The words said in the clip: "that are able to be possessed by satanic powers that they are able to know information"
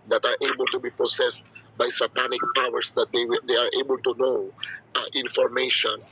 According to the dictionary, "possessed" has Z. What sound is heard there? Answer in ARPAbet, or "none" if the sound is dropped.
S